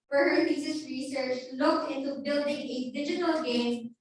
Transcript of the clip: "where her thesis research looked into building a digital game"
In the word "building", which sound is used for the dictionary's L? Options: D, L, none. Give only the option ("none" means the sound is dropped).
L